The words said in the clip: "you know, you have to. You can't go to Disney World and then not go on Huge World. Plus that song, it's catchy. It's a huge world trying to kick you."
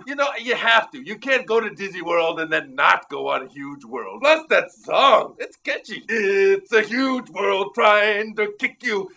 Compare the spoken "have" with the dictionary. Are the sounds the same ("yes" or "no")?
no